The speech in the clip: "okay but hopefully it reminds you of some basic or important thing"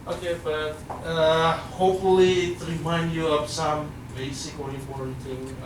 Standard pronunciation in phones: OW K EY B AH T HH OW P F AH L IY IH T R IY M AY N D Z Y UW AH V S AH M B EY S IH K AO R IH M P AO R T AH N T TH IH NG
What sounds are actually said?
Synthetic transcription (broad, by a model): OW K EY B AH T HH OW P F AH L IY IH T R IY M AY N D Y UW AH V S AH M B EY S IH K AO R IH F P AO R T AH T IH